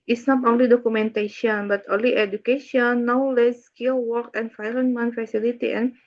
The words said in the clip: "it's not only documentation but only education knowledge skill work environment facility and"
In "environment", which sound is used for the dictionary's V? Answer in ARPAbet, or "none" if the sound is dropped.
F